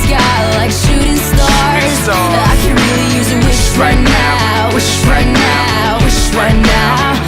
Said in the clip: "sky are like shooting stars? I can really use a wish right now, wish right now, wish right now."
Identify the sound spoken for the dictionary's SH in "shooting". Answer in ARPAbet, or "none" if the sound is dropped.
SH